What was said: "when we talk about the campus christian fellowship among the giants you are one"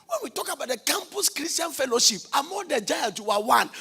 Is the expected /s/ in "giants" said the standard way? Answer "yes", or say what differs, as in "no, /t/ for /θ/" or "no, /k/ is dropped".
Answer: no, /s/ is dropped